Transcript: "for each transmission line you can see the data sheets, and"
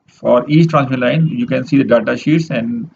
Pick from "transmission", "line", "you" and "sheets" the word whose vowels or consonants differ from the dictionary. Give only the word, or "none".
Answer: transmission